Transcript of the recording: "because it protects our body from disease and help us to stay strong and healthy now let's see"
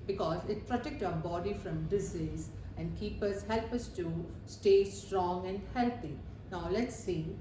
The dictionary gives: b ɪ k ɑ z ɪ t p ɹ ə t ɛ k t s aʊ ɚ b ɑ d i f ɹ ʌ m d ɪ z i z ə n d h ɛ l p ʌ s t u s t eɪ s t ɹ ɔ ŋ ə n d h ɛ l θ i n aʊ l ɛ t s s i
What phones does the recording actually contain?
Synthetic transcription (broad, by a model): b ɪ k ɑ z ɪ t p ɹ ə t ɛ k t aʊ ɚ b ɑ d i f ɹ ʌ m d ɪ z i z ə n d h ɛ l p ʌ s t u s t eɪ s t ɹ ɔ ŋ ə n d h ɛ l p i n aʊ l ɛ t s s i